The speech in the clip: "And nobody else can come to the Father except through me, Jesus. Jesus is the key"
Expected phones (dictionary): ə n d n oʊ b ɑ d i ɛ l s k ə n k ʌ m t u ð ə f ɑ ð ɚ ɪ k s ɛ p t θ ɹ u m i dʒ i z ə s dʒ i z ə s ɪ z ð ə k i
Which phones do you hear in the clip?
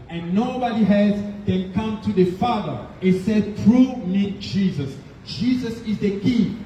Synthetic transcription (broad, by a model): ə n n oʊ b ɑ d i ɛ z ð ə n k ʌ m t u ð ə f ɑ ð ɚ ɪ s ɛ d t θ ɹ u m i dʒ i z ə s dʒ i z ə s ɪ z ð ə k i